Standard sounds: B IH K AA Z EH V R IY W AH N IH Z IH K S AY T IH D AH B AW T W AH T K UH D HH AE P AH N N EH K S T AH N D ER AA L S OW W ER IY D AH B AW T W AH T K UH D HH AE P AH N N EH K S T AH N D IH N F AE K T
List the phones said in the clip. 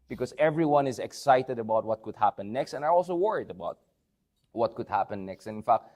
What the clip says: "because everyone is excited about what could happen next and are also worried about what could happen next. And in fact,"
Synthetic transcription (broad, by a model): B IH K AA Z EH V R IY W AH N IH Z IH K S AY T IH D AH B AW T W AH T K UH D HH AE P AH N N EH K S T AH N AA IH AA L S OW W ER IY D AH B AW T W AH T K UH D HH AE P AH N N EH K S T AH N IH N F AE K T